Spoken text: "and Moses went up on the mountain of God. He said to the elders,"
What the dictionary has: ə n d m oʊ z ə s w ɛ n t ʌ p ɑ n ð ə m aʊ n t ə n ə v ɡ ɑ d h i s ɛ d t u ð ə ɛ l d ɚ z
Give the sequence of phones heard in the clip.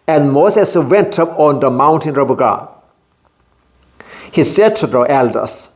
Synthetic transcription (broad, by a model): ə n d m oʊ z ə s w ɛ n t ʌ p ɑ n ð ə m aʊ n t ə n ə b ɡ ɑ h i s ɛ d t u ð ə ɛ l d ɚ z